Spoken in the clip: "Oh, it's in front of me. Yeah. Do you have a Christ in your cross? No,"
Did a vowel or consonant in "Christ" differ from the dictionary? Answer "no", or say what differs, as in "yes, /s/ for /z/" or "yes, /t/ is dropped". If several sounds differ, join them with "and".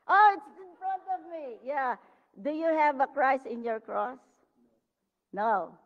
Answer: yes, /t/ is dropped